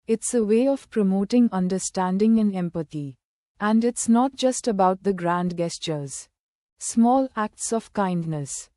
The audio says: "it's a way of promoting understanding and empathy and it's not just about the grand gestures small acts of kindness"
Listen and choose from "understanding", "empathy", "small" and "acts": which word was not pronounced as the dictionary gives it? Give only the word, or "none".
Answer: empathy